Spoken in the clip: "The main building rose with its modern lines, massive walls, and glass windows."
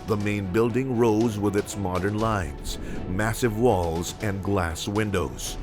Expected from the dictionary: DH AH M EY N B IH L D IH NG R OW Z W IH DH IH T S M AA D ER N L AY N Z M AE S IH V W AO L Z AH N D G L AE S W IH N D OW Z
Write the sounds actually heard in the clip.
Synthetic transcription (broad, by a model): DH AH M EY N B IH L D IH NG R OW Z W IH DH IH T S M AA D ER N L AY N Z M AE S IH V W AO L Z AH N G L AE S W IH N D OW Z